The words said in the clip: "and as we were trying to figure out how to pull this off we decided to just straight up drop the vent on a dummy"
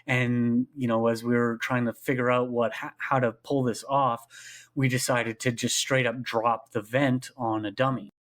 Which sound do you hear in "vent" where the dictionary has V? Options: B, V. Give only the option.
V